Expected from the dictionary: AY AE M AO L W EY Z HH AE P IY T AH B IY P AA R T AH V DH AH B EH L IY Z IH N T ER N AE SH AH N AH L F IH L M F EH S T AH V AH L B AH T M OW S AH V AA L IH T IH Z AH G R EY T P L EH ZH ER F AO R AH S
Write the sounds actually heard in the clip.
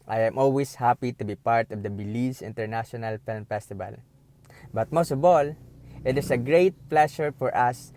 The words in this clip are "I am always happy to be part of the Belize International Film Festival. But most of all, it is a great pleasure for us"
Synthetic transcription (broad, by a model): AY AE M AO L W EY S HH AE P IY T AH B IY P AA R T AH V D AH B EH L IY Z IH N T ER N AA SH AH N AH L F IH L M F EH S T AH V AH L B AH T M OW S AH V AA L IH T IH S AH G R EY T P L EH SH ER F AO R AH S